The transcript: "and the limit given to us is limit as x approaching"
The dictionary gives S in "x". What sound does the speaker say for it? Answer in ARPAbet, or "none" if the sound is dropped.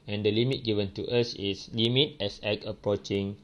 none